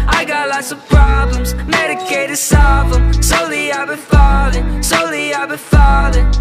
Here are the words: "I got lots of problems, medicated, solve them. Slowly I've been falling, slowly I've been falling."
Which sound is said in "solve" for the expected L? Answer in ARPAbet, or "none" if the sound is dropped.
none